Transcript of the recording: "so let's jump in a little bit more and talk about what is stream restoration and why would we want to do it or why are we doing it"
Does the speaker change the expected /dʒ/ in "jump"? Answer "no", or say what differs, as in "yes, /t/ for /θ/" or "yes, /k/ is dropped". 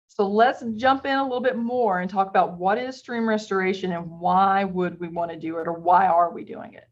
yes, /ʒ/ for /dʒ/